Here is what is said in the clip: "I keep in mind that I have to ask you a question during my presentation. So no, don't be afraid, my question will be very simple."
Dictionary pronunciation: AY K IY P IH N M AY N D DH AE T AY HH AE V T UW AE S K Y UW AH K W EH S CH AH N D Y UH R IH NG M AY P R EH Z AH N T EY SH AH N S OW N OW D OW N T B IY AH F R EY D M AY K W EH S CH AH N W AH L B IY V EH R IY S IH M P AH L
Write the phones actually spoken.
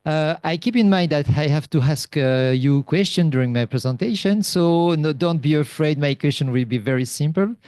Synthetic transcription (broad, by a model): AY K IY P IH N M AY N D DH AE T AY HH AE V T UW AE S K Y UW K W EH S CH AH N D Y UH R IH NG M AY P R EH Z AH N T EY SH AH N S OW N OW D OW N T B IY AH F R EY D M AY K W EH S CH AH N W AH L B IY V EH R IY S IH M P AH L